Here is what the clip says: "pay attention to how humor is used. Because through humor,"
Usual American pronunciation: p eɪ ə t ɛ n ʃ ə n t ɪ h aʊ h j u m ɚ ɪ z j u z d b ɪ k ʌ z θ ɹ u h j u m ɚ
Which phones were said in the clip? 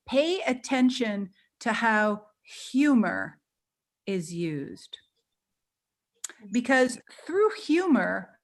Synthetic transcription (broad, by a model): p eɪ ə t ɛ n ʃ ə n t ɪ h aʊ h j u m ɚ ɪ z j u z d b ɪ k ʌ z θ ɹ u h j u m ɚ